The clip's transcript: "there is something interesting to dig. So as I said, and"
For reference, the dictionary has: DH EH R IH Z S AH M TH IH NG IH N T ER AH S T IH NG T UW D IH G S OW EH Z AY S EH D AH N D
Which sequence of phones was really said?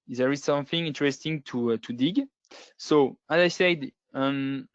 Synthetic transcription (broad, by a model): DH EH R IH Z S AH M TH IH NG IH N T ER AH S T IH NG T UW D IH G S OW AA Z AY S EH D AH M